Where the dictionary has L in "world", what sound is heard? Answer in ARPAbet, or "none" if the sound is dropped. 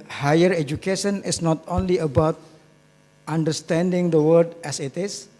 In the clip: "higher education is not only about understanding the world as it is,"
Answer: none